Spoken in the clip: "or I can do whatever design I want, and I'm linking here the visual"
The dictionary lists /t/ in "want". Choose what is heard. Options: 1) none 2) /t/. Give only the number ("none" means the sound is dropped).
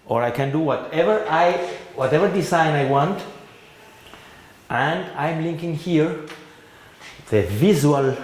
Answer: 2